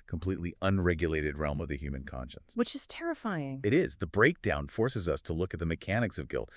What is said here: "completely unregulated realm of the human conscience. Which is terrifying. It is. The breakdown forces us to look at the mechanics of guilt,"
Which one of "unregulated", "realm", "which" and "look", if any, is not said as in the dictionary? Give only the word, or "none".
none